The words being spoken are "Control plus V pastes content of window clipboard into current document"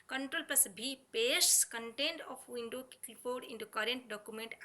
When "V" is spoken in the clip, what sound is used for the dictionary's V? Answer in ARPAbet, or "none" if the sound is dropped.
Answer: B